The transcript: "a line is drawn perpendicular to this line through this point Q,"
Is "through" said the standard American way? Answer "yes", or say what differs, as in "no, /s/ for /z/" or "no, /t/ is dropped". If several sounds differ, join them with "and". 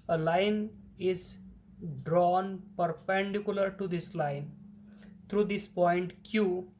no, /t/ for /θ/